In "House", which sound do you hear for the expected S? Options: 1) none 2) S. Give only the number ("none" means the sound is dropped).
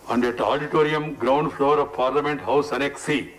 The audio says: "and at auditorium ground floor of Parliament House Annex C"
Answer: 2